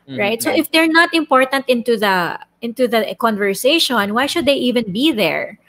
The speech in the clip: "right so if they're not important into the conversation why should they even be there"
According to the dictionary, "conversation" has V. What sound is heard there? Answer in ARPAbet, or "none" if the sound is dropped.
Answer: V